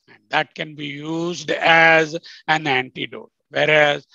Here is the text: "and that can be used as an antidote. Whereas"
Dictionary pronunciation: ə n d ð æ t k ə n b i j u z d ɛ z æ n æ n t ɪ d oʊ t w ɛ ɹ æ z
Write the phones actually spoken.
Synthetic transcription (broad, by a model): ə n d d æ t k ə n b i j u z d ɛ z æ n æ n t ɪ d oʊ t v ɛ ɹ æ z